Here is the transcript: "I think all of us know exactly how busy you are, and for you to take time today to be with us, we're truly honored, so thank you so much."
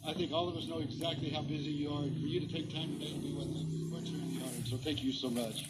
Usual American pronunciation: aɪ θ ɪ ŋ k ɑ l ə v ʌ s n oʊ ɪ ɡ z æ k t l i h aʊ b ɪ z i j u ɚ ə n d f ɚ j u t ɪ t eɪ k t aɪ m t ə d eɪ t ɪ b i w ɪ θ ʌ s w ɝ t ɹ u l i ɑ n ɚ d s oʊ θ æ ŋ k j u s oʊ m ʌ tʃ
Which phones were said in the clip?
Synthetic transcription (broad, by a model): aɪ θ ɪ ŋ k ɑ l ə v ʌ s n oʊ ɪ ɡ z æ k t l i h aʊ b ɪ z i j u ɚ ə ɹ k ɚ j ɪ t ɪ t eɪ k t aɪ m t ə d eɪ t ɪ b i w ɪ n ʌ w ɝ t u i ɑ ɚ s oʊ θ æ ŋ k j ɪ s oʊ m ʌ tʃ